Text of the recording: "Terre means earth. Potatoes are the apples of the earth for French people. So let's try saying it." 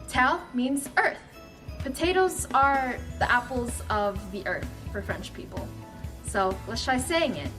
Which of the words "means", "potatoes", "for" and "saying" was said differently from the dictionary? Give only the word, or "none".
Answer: none